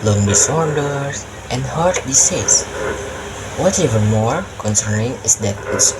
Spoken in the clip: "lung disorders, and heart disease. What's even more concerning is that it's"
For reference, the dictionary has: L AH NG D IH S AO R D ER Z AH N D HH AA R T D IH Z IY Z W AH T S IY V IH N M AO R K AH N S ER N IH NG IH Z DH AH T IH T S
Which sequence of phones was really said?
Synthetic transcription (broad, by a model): L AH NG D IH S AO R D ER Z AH N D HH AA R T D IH S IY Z W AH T EH V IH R M AO R K AH N S ER N IH NG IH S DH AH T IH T S